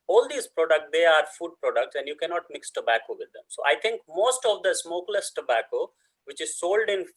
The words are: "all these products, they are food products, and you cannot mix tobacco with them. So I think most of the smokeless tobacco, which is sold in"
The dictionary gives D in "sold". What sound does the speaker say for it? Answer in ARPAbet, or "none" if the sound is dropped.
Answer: D